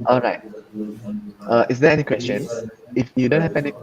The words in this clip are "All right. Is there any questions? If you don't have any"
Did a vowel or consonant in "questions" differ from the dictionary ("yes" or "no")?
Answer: yes